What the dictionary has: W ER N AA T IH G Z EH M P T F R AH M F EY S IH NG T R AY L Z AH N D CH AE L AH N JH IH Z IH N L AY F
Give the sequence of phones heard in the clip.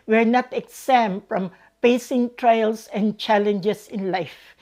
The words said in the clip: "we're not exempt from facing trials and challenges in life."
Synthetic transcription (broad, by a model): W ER N AA T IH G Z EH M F R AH M P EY S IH NG T R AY L S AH N CH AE L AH N JH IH S IH N L AY F